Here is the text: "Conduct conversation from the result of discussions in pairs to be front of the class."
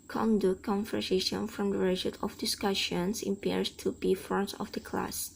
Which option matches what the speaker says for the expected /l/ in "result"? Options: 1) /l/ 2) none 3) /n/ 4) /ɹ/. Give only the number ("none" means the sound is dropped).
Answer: 2